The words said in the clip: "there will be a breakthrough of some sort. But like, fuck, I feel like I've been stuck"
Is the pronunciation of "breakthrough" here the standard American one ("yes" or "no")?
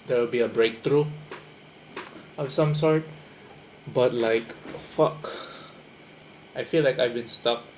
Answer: no